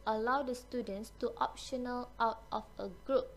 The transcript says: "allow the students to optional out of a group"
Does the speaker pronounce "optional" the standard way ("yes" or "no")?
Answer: yes